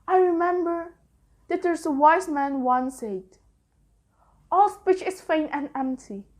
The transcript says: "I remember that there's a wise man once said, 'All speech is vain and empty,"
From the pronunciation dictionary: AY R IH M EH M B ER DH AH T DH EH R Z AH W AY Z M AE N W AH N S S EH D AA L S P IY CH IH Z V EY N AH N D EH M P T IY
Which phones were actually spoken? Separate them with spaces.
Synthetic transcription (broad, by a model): AY R IH M EH M B ER DH AH T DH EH R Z AH W AY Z M AE N W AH N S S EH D AA L S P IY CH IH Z F EY N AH N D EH M P T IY